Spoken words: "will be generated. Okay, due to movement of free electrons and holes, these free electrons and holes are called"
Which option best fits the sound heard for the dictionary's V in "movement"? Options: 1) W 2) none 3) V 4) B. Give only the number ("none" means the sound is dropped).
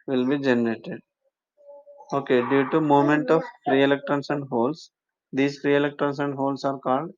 2